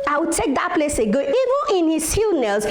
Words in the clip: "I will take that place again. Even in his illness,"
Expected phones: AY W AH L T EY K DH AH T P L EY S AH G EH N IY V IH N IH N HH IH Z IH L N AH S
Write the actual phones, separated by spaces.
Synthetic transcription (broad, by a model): AY W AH T EY K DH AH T P L EY S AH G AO IY V IH N IH N HH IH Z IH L N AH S